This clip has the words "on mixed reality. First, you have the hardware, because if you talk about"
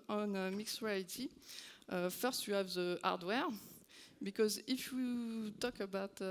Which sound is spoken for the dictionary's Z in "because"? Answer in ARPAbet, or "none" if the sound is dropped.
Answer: Z